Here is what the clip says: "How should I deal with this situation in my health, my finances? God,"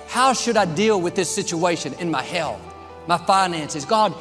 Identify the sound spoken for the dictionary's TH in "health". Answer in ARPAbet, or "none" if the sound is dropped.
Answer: TH